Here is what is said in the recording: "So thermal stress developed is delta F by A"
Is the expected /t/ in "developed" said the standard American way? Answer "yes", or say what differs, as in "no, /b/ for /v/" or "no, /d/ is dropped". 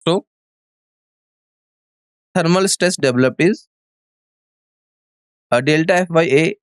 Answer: no, /t/ is dropped